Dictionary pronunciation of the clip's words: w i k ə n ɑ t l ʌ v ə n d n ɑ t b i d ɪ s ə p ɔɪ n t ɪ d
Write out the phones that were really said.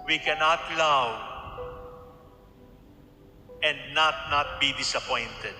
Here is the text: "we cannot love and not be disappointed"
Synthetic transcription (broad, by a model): w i k ə n ɑ t l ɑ w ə n d n ɑ t b i d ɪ s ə p ɔɪ n t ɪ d